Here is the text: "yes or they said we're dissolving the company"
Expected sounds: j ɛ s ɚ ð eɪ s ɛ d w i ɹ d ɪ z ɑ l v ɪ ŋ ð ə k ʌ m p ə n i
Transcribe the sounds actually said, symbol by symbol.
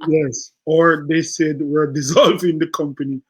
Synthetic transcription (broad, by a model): j ɛ s ɚ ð eɪ s ɛ d w i ɹ d ɪ z ɑ l v ɪ ŋ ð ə k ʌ m p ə n i